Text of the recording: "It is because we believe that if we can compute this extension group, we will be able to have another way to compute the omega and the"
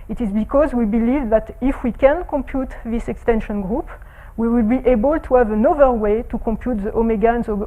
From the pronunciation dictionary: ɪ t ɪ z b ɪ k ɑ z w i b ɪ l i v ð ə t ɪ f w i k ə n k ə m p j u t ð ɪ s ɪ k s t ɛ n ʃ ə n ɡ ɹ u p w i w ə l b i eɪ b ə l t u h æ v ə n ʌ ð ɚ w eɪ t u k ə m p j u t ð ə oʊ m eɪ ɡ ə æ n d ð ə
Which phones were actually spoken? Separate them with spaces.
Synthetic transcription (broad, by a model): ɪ t ɪ z b ɪ k ɑ z w i b ɪ l i v ð ə t ɪ f w i k ə n k ə m p j u t ð ɪ s ɪ k s t ɛ n ʃ ə n ɡ ɹ u p w i w ə l b i eɪ b ə l t u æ v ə n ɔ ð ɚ w eɪ t u k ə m p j u t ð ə oʊ m eɪ ɡ ə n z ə